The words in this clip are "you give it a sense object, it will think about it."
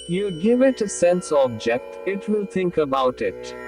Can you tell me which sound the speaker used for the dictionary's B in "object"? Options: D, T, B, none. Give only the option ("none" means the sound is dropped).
B